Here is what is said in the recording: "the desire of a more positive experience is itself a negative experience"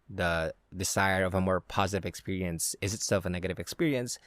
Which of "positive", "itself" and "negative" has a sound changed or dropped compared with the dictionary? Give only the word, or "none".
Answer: none